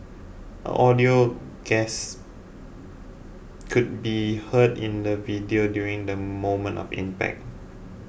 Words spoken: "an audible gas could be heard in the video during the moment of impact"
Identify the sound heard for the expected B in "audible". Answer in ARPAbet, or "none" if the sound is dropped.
none